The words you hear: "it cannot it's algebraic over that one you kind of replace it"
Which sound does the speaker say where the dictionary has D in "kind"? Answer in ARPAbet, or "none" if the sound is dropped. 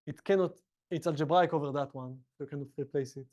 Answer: none